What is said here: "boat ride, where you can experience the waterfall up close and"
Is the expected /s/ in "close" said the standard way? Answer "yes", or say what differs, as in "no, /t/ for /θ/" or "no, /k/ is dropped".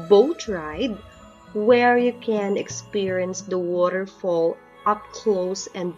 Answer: yes